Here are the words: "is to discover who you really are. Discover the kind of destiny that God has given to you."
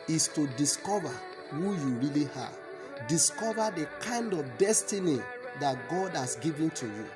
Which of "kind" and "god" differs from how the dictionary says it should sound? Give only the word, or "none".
none